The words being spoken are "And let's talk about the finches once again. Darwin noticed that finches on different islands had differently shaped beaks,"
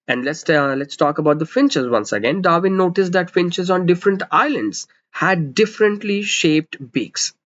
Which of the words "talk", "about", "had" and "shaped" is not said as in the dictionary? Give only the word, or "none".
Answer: none